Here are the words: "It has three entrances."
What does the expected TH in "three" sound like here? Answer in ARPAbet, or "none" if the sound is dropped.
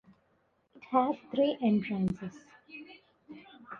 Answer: T